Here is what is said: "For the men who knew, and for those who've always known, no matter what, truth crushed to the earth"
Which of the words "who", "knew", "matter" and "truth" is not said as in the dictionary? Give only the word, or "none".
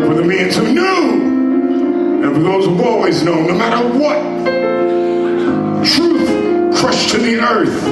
none